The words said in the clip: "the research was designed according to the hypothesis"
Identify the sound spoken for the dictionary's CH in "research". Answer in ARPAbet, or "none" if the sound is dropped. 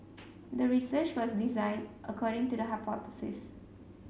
CH